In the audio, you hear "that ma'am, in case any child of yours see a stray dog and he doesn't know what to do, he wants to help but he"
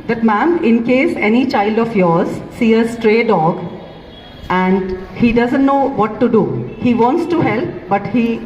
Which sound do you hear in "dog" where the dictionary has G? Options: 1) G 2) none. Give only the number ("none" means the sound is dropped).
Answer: 1